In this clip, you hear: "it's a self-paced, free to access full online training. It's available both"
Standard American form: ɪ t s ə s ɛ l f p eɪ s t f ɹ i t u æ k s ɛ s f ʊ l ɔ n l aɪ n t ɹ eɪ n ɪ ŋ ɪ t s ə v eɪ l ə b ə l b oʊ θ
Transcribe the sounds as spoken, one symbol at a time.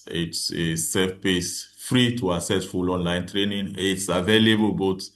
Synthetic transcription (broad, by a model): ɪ t s ə s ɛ f p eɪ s f ɹ i t u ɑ s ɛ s f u l ɔ n l aɪ n t ɹ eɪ n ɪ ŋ ɪ t s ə v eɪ l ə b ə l b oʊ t